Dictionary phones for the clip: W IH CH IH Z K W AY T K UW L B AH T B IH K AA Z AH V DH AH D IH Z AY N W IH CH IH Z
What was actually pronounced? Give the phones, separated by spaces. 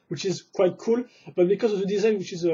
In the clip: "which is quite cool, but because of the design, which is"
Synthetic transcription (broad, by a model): W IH CH IH Z K W AY T K UW L B AH T B IH K AA Z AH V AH D IH Z AY N W IH CH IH Z